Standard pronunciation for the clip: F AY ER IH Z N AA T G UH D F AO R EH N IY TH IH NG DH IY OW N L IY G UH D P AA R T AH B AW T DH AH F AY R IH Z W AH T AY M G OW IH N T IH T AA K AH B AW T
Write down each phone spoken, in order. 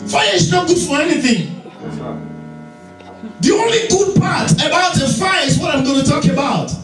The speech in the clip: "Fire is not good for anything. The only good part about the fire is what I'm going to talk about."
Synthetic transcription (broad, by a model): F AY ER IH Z N AA T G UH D F AO R EH N IY TH IH NG DH IY OW N L IY G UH D P AA R T AH B AW T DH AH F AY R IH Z W AH T AY M G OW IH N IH T AA K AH B AW T